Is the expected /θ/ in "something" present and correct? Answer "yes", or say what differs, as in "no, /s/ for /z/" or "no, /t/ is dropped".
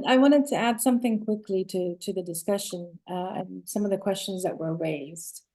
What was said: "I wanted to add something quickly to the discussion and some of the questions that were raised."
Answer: yes